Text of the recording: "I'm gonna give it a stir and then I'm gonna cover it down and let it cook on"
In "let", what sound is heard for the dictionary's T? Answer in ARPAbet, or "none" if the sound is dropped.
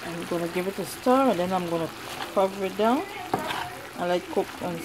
none